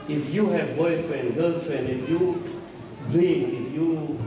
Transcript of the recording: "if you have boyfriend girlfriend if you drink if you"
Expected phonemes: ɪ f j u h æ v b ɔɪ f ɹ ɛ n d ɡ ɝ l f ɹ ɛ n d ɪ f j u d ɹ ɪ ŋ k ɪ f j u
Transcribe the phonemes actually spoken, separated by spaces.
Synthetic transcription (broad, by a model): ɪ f j u h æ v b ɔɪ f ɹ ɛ n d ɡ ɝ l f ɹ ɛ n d ɪ f j u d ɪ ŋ ɪ f j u